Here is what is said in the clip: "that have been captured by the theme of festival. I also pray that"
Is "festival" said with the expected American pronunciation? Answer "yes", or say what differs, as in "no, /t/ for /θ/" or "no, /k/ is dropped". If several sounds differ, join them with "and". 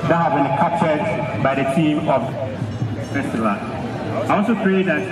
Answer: no, /p/ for /f/